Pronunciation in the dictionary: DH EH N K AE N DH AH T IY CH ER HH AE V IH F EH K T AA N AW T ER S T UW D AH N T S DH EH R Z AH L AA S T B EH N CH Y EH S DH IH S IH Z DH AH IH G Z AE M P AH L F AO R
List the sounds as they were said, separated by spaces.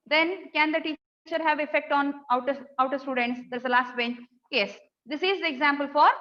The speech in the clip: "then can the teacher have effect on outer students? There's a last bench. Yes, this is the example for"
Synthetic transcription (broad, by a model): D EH N K AE N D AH T IY CH ER HH AE V IH F EH K T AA N AW T ER S T UW D AH N T S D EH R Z AH L AA S T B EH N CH Y EH S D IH S IH Z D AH IH G Z AE M P AH L F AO R